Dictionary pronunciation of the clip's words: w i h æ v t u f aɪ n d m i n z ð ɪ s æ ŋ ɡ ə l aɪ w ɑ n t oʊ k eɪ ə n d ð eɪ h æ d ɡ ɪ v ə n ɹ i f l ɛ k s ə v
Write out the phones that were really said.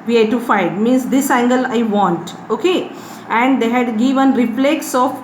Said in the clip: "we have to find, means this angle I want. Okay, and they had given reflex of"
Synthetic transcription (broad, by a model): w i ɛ t u f aɪ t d m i n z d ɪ s æ ŋ ɡ ə l aɪ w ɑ n t oʊ k eɪ ə n d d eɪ h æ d ɡ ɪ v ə n ɹ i p l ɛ k s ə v